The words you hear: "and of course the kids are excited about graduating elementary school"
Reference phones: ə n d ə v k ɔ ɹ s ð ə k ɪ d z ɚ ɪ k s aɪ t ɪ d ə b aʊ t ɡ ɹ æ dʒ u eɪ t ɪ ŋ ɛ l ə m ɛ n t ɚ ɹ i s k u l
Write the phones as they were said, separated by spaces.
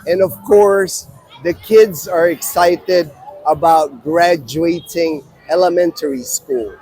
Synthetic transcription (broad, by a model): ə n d ə v k ɔ ɹ s ð ə k ɪ d z ɚ ɪ k s aɪ t ɪ d ə b aʊ t ɡ ɹ æ dʒ u eɪ t ɪ ŋ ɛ l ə m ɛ n t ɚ ɹ i s k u l